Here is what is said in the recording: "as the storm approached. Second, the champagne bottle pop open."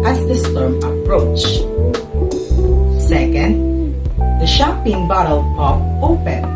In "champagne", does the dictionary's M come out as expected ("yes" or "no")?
no